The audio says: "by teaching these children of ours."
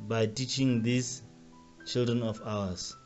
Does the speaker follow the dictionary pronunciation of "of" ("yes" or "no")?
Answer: no